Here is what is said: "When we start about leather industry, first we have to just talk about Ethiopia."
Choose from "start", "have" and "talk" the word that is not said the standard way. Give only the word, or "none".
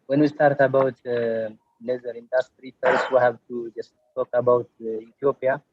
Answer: have